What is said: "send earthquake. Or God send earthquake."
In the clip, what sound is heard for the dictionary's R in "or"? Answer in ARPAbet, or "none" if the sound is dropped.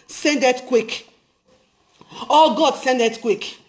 L